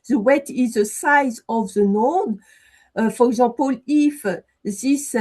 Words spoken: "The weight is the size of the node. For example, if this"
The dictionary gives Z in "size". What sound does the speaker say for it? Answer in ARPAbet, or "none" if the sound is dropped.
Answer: Z